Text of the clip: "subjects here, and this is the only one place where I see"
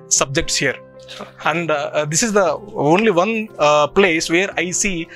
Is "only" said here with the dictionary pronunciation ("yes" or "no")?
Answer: yes